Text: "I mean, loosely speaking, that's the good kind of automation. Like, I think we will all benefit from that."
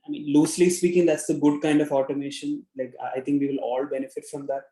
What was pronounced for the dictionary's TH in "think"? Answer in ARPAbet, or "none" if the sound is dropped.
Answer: T